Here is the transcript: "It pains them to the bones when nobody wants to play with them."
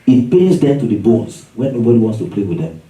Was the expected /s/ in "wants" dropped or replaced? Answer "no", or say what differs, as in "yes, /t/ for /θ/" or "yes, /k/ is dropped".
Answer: no